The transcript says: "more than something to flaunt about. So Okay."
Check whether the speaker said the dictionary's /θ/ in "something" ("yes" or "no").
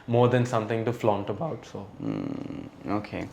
no